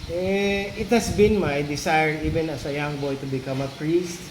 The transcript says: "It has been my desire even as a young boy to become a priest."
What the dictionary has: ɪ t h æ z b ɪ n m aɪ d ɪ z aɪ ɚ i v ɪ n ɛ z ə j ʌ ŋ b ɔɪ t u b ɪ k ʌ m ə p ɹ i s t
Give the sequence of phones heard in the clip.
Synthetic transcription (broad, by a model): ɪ t h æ s b ɪ n m aɪ d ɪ s aɪ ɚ i v ɪ n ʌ s ə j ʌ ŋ b ɔɪ t u b ɪ k ʌ m ə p ɹ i s t